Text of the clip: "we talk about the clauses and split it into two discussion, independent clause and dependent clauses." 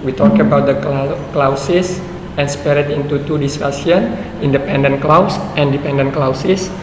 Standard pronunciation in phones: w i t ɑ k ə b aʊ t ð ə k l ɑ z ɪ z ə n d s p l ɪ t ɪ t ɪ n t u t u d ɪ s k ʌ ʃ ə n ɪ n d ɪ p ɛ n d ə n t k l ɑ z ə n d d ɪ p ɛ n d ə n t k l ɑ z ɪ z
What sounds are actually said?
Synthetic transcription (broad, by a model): w i t ɑ k ə b aʊ t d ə k l ɑ s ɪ s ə n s p ɛ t ɪ t ɪ n t u t u d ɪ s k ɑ s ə n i n d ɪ p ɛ n d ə n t k l ɑ s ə n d d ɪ p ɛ n d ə n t k l ɑ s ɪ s